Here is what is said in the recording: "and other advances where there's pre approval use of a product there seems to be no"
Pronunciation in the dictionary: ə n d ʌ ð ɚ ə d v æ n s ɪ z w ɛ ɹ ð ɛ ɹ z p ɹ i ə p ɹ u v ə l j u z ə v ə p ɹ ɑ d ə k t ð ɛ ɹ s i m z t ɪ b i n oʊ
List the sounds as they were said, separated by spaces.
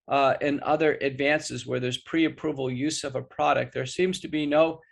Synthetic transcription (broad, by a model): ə n ʌ ð ɚ ə d v æ n s ɪ z w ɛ ɹ ð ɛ ɹ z p ɹ i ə p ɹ u v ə l j u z ə v ə p ɹ ɑ d ə k t ð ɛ ɹ s i m z t ɪ b i n oʊ